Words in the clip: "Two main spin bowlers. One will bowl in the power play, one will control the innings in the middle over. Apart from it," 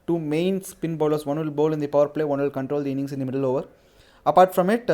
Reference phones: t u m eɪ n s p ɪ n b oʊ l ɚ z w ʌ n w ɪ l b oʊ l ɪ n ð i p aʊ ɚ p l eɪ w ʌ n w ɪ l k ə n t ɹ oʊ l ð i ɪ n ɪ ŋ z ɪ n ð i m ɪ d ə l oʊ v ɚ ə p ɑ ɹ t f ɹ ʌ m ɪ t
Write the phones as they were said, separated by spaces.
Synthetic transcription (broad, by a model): t u m eɪ n s p ɪ n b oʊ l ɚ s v ʌ n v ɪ l b oʊ l ɪ n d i p aʊ ɚ p l eɪ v ʌ n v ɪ l k ə n t ɹ oʊ l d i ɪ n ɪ ŋ s ɪ n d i m ɪ d ə l oʊ v ɚ ə p ɑ ɹ t f ɹ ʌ m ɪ t